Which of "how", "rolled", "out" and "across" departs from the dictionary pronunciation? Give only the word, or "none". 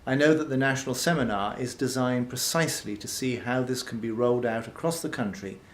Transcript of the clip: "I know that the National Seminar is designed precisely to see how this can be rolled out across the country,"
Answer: none